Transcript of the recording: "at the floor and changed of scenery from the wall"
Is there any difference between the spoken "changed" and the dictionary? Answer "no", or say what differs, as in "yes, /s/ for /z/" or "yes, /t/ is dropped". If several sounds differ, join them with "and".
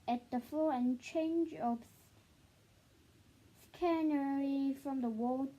yes, /d/ is dropped